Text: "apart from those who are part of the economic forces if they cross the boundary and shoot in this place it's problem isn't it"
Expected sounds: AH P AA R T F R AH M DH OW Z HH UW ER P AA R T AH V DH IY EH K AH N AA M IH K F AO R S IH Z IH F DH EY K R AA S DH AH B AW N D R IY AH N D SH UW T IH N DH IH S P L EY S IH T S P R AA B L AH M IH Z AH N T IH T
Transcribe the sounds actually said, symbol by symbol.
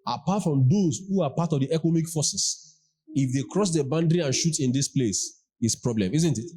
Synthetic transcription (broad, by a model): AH P AA T F R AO M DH OW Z HH UW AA P AA T AH V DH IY EH K AH N AA M IH K F AO S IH S IH F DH EY K R AA S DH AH B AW N D R IY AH N SH UW T IH N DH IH S P L EY S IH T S P R AA B L AH M IH Z AH N T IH T